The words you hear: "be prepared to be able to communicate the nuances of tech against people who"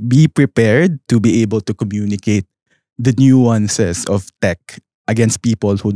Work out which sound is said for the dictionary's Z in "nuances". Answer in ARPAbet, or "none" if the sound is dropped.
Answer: S